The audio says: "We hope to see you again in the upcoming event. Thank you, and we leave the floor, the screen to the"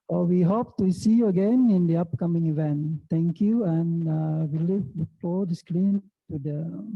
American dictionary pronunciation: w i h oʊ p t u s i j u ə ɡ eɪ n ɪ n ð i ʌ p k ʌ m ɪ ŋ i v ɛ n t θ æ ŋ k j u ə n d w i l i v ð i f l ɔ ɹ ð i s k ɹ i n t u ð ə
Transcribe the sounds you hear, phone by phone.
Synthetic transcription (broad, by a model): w i h oʊ p t u s i j u ə ɡ eɪ n ɪ n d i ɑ p k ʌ m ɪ ŋ i v ɛ n t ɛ ŋ k j u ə n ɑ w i l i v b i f ɔ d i s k l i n t u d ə